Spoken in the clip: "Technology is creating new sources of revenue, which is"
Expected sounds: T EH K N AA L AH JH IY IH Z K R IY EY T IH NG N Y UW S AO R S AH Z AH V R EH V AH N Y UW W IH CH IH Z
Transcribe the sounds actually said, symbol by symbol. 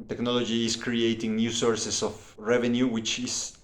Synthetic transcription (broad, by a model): T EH K N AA L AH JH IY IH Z K R IY EY T IH NG N Y UW S AO R S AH S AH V R EH V AH N Y UW W IH CH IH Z